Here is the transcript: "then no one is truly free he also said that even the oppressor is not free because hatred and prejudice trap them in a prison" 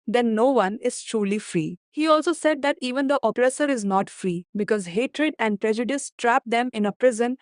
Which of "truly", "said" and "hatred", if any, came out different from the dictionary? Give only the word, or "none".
none